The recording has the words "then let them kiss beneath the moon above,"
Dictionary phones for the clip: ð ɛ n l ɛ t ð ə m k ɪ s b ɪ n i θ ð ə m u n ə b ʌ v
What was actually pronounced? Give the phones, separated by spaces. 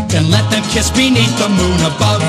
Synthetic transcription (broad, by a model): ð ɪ n l ɛ t ð ə m k ɪ s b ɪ n i t ð ə m u n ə b ʌ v